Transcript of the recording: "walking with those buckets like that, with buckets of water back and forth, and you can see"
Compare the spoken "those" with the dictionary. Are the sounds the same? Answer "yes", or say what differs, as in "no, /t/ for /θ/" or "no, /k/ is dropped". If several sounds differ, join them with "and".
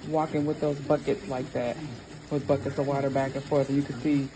yes